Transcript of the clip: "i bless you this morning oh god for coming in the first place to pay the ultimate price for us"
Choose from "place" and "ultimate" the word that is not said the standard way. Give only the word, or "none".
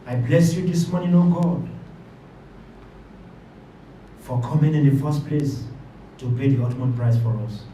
ultimate